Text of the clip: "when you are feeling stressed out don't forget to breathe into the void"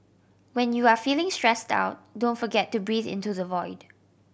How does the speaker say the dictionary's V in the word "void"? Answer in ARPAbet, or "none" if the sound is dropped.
V